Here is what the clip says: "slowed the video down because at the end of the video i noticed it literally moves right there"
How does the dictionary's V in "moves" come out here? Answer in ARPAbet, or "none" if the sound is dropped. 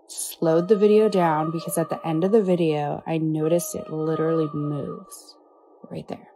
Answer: V